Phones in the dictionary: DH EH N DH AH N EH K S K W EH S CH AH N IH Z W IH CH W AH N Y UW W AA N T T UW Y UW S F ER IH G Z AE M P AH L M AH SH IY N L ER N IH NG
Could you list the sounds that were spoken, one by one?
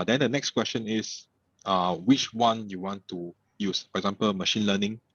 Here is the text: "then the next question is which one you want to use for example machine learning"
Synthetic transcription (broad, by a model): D EH N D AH N EH K S K W EH S CH AH N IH S W IH CH W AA N Y UW W AA N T T UW Y UW S F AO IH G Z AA M P AH L M AH SH IY N L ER N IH NG